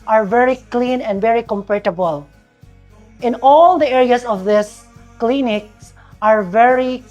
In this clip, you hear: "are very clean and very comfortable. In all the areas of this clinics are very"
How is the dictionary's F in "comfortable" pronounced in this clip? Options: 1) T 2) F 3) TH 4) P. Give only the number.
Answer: 4